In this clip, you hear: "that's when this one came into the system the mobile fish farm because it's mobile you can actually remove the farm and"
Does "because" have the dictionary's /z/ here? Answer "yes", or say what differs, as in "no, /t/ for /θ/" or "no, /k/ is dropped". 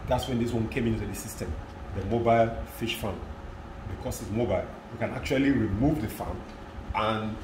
no, /s/ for /z/